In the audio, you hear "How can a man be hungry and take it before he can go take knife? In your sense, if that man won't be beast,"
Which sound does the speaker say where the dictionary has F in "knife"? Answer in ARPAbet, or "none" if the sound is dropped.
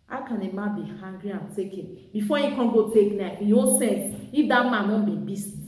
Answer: none